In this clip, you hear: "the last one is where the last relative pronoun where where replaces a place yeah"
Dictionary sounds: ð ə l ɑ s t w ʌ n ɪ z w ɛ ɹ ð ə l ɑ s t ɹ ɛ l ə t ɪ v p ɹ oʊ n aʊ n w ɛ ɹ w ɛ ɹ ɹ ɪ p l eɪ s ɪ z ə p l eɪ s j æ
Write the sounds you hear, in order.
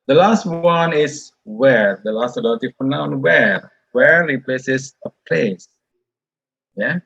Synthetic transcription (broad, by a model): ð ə l ɑ s t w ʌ n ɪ s w ɛ ɹ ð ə l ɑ s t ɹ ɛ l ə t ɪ f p oʊ n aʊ n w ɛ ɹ w ɛ ɹ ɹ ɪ p l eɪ s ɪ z ə p l eɪ s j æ